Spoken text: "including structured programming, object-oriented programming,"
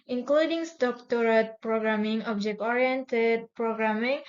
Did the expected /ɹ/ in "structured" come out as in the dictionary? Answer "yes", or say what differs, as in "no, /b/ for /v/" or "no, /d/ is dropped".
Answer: no, /ɹ/ is dropped